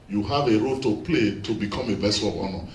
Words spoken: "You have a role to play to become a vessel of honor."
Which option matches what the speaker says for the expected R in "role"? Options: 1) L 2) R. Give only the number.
2